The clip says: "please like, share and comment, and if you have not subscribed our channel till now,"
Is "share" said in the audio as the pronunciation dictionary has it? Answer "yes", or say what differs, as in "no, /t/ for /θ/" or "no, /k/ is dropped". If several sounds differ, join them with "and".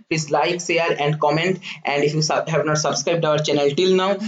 no, /s/ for /ʃ/